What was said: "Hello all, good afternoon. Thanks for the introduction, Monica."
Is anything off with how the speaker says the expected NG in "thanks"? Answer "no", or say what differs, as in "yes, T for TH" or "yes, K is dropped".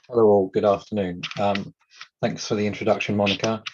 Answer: no